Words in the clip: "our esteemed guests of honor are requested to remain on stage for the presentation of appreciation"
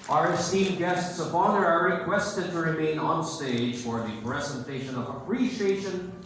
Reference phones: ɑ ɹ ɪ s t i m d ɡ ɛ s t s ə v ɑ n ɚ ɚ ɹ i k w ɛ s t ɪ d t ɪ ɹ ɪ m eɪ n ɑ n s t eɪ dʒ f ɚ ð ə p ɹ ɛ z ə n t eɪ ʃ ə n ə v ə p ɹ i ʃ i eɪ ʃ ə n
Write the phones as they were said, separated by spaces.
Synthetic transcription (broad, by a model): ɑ ɹ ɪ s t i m ɡ ɛ s t s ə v ɑ n ɚ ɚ ɹ i k w ɛ s t ɪ d t ɪ ɹ ɪ m eɪ n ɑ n s t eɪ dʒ f ɚ ð ə p ɹ ɛ z ə n t eɪ ʃ ə n ə v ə p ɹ i ʃ i eɪ ʃ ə n